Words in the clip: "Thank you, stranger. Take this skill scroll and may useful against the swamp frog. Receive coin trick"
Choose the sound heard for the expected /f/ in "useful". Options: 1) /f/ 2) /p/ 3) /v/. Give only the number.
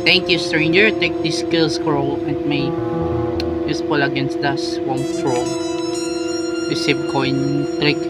2